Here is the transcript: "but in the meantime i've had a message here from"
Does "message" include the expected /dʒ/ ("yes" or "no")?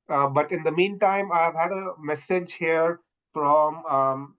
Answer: yes